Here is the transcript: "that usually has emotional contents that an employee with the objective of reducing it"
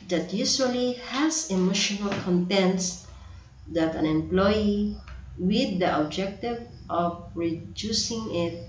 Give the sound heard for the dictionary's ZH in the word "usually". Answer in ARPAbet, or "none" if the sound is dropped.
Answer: S